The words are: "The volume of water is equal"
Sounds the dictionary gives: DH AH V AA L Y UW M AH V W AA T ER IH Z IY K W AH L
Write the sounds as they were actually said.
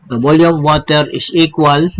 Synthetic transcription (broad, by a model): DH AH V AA L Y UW AH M W AA T ER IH S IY K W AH L